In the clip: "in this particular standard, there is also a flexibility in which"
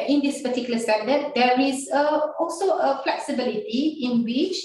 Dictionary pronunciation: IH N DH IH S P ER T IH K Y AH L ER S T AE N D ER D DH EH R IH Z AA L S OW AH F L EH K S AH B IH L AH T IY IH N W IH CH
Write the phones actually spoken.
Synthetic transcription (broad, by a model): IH N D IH S P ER T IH K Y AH L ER S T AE D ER D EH R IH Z AA L S OW AH F L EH K S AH B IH L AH T IY IH N W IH CH